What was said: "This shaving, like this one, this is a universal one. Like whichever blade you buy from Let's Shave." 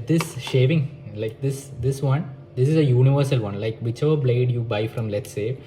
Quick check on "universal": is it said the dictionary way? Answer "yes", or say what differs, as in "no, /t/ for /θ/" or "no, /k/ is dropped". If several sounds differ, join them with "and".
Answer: yes